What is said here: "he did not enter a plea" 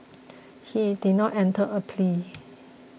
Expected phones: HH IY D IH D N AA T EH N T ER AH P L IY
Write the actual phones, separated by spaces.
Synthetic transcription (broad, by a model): HH IY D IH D N AA T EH N T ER AH P L IY